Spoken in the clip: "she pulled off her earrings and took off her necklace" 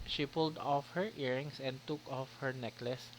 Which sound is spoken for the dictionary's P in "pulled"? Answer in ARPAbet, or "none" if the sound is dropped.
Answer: P